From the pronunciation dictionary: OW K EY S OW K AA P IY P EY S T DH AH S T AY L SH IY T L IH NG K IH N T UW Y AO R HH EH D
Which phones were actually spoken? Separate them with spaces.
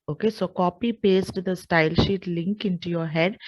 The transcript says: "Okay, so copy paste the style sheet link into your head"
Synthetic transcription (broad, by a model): OW K EY S OW K AA P IY P EY S T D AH S T AY L SH IY T L IH NG K IH N T UW Y AO R HH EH D